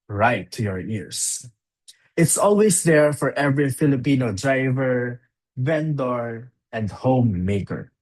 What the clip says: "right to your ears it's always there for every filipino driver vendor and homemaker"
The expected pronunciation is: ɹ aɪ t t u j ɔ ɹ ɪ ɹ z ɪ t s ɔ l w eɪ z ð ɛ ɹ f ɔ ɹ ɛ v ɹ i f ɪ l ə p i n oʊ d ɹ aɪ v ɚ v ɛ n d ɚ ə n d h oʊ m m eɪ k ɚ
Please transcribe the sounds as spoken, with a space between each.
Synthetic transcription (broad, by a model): ɹ aɪ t t u j ɔ ɹ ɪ ɹ s ɪ t s ɔ l w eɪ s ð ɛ ɹ f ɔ ɹ ɛ v ɹ i f ɪ l ə p i n oʊ d ɹ aɪ v ɚ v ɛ n d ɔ ə n d h oʊ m m eɪ k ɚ